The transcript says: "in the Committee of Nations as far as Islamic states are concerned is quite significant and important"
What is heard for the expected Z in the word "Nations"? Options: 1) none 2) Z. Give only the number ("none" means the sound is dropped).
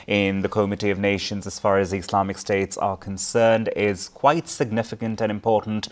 2